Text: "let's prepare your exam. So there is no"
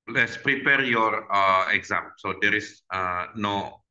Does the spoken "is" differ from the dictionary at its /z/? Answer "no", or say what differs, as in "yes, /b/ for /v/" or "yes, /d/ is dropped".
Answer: yes, /s/ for /z/